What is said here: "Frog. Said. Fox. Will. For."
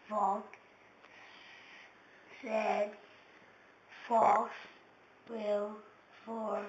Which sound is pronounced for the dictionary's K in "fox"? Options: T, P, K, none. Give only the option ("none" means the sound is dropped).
none